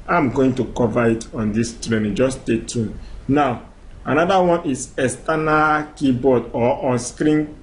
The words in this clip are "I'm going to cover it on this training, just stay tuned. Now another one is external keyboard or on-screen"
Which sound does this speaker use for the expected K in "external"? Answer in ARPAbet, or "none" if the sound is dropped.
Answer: none